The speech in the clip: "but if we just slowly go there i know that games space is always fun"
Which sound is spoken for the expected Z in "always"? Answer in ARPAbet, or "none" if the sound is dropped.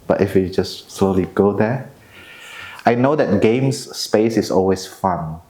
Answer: S